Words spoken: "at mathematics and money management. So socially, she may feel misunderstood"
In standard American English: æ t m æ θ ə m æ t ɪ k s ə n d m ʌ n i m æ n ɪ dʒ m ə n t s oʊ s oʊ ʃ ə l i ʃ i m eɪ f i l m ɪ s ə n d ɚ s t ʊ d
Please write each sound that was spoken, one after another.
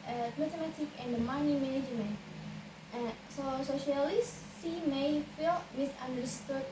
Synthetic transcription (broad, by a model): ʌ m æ t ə m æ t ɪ k ə n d m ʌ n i m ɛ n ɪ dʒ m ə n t s oʊ s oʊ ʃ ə l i s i m eɪ f i l m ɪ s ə n d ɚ s t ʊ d